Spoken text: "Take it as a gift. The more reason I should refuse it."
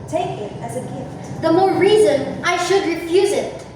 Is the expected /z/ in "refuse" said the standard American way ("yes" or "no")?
yes